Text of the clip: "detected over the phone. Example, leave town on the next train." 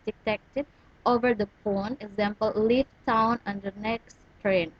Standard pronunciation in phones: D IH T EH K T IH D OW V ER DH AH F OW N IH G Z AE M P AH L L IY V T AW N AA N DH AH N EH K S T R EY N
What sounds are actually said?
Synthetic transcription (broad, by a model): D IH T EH K T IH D OW V ER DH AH P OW N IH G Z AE M P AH L L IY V T AW N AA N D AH N EH K S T R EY N